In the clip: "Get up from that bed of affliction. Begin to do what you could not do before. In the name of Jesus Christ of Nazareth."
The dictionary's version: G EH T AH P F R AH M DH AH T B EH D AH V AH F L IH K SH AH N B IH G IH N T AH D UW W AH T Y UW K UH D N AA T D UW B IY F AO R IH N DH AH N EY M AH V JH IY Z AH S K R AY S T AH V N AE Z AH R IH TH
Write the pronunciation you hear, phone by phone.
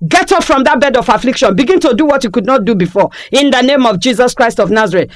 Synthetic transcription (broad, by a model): G EH T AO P F R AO M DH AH T B EH D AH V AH F L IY K SH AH N B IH G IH N T AH D UW W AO T Y UW K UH D N AA T D UW B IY F AO IH N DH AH N EY M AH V JH IY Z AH S K R AY S T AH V N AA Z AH R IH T